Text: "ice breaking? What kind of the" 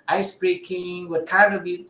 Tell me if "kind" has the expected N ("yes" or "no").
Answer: no